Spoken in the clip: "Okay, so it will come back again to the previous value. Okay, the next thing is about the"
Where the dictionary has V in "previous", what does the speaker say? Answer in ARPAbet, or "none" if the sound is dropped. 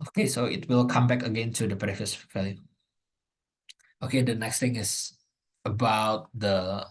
none